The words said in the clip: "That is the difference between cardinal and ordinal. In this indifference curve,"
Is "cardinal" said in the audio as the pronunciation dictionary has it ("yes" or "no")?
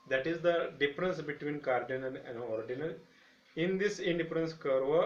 no